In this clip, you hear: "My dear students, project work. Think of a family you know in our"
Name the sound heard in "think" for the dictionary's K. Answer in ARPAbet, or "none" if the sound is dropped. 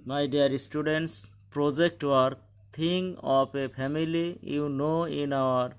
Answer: none